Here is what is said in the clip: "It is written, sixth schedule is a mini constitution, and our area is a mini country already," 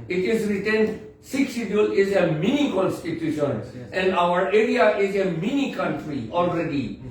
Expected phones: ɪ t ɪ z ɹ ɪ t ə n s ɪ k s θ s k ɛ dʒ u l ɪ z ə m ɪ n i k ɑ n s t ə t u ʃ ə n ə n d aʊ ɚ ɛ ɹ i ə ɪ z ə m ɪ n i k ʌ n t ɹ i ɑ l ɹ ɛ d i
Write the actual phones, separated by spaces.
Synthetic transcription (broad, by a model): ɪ t ɪ z ɹ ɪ t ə n s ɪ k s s i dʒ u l ɪ z ə m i n i k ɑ n s t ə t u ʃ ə n ə n d aʊ ɚ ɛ ɹ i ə ɪ z ə m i n i k ʌ n t ɹ i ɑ l ɹ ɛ d i